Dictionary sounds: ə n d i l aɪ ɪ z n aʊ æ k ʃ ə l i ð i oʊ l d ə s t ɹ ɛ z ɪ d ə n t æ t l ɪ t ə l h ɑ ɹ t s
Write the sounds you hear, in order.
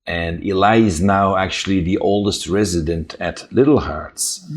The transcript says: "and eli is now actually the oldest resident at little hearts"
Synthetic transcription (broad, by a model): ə n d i l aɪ ɪ z n aʊ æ k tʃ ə l i ð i oʊ l d ə s t ɹ ɛ z ɪ d ə n t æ t l ɪ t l h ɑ ɹ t s